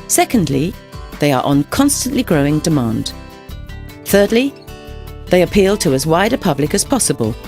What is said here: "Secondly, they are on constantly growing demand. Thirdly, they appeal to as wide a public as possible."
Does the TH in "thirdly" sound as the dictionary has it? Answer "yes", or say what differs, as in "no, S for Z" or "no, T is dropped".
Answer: yes